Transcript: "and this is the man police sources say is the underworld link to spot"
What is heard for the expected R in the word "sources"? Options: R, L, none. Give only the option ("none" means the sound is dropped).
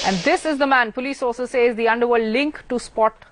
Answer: L